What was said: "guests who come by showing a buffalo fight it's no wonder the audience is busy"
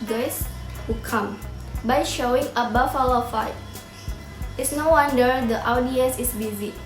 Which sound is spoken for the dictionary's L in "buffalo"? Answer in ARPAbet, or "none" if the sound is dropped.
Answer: W